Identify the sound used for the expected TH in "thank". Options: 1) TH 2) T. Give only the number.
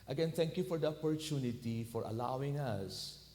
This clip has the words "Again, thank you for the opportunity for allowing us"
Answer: 2